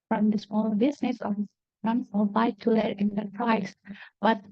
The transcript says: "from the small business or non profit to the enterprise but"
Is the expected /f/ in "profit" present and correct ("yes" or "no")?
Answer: no